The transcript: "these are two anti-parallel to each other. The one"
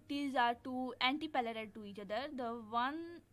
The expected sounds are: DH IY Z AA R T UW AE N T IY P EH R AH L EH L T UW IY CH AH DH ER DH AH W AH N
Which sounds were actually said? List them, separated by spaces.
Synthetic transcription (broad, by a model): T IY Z AA R T UW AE N T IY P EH L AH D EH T T UW IY CH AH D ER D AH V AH N